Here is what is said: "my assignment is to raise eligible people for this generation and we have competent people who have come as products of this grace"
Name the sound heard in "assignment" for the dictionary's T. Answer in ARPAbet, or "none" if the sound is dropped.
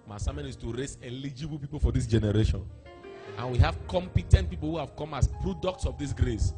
none